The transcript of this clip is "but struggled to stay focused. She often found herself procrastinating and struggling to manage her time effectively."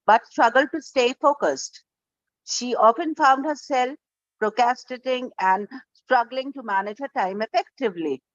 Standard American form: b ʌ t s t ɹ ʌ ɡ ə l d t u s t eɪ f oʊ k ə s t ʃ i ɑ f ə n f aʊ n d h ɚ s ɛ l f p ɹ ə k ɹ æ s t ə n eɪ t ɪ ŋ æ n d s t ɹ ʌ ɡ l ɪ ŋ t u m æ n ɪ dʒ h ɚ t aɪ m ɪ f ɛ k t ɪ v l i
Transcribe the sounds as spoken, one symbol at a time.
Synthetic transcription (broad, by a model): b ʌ t s t ɹ ʌ ɡ ə l d t u s t eɪ f oʊ k ə s t ʃ i ɑ f ə n f aʊ n d h ɚ s ɛ l f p ɹ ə k æ s t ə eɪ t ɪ ŋ æ n d s t ɹ ʌ ɡ l ɪ ŋ t u m æ n ɪ dʒ h ɚ t aɪ m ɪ f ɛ k t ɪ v l i